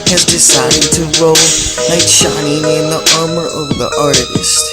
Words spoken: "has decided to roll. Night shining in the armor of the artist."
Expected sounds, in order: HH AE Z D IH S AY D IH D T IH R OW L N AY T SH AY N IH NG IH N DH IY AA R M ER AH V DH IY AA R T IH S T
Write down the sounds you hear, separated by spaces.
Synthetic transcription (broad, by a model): HH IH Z D IH S AY D IH D T IH R OW L L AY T SH AY N IH NG IH N DH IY AA R M ER AH V DH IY AA R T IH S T